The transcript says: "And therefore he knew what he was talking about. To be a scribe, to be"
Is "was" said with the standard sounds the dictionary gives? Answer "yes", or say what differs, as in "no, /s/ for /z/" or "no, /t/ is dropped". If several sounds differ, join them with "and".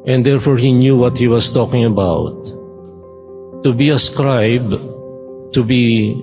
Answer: no, /s/ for /z/